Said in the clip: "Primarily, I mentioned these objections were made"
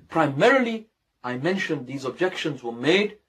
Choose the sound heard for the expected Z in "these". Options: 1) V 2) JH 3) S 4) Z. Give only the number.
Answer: 4